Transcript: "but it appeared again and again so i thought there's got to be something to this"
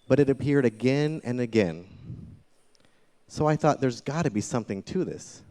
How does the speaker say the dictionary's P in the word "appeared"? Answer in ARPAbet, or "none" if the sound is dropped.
P